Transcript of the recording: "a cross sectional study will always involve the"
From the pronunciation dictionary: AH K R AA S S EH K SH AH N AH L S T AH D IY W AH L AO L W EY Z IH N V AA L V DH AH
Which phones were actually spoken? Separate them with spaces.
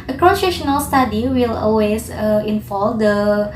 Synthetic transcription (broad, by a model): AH K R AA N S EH SH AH N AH L S T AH D IY W AH L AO L W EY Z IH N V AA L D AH